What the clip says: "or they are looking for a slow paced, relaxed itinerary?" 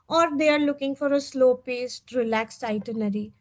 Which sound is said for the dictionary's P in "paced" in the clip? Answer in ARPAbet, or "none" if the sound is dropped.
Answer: P